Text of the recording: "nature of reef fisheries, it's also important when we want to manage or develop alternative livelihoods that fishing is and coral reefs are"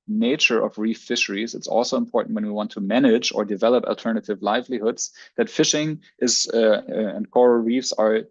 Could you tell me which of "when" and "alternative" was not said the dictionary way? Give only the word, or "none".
none